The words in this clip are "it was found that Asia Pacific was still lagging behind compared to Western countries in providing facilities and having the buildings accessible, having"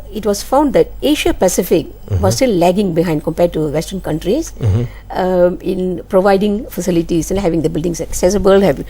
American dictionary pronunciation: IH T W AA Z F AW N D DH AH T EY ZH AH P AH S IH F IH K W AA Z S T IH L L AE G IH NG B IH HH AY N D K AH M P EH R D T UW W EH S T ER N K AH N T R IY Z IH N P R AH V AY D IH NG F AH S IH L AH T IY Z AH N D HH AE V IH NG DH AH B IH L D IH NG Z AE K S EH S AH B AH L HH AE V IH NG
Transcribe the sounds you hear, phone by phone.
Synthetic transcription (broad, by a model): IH T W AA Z F AW N D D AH T EY SH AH P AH S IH F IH K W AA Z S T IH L L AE G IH NG B IH HH AY N D K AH M P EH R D T UW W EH S T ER N K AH N T R IY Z IH N P R AH V AY D IH NG F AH S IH L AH T IY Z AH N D HH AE V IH NG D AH B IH L D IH NG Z AE K S EH S AH B AH L HH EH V